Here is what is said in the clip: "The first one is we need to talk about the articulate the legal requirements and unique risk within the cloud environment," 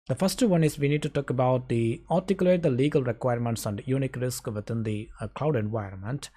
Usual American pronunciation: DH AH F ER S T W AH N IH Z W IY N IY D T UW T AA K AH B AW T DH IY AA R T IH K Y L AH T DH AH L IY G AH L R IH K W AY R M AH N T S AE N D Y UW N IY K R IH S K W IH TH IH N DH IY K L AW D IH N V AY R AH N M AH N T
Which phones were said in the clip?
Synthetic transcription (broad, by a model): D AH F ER S T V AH N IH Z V IY N IY D T UW T AA K AH B AW T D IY AA R T IH K Y L AH T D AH L IY G AH L R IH K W AY R M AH N T S AE N D Y UW N IY K R IH S K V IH T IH N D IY K L AW D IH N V AY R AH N M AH N T